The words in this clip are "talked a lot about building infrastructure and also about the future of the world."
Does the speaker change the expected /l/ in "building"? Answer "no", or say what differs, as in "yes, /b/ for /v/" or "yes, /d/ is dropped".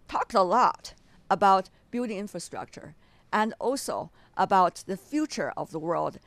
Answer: yes, /l/ is dropped